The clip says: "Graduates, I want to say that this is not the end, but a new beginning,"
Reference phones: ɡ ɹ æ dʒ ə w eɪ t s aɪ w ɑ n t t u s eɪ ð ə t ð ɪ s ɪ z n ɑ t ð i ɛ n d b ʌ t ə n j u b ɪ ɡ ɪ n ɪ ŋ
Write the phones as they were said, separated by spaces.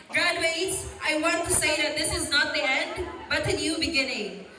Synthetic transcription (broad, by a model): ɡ ɹ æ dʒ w eɪ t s aɪ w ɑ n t t u s eɪ ð ə t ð ɪ s ɪ z n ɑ t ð i ɛ n d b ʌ t ə n j u b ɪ ɡ ɪ n ɪ ŋ